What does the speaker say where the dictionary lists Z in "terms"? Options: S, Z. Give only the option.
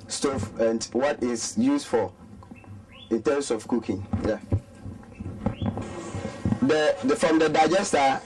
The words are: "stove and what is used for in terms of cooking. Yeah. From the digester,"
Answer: S